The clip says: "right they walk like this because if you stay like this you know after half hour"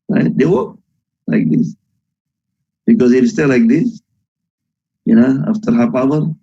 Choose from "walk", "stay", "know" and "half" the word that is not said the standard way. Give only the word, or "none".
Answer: half